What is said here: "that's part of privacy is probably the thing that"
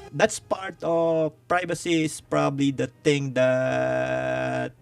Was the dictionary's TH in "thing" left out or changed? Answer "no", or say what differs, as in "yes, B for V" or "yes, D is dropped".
yes, T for TH